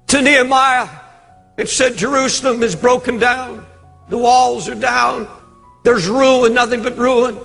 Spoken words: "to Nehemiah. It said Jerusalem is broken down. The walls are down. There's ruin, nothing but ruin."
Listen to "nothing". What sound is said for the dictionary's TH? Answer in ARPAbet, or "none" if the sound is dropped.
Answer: TH